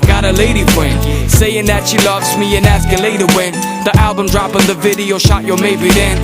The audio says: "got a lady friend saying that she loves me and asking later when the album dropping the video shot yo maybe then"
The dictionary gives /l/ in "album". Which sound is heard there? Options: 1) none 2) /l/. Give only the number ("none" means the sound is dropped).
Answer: 2